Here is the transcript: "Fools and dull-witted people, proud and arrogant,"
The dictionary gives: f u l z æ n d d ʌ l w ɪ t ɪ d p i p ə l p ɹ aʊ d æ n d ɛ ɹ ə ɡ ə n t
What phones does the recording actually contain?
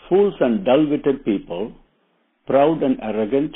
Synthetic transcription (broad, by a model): f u l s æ n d d ʌ l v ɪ t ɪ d p i p ə l p ɹ aʊ d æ n d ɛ ɹ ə ɡ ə n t